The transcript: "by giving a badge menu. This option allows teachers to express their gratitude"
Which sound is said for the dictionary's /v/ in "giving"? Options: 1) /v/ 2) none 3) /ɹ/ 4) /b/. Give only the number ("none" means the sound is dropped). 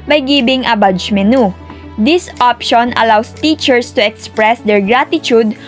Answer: 4